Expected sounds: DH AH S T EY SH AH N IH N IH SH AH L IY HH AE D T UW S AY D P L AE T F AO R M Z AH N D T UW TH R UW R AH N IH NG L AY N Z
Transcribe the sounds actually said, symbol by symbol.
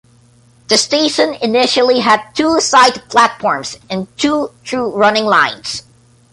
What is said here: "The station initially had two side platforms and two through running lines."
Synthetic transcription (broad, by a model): DH AH S T EY SH AH N IH N IH SH AH L IY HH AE D T UW S AY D P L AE T F AO R M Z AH N T UW T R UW R AH N IH NG L AY N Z